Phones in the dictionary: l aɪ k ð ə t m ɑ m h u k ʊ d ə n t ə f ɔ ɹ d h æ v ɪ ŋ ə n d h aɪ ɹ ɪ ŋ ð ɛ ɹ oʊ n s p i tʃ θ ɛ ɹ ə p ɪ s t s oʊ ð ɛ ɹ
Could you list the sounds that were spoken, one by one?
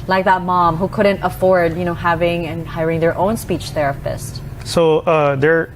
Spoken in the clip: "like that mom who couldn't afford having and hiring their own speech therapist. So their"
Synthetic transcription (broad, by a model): l aɪ k ð ə t m ɑ m h u k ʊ d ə n t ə f ɔ ɹ d h æ v ɪ ŋ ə n h aɪ ɹ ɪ ŋ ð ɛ ɹ oʊ n s p i tʃ θ ɛ ɹ ə p ɪ s t s oʊ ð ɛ ɹ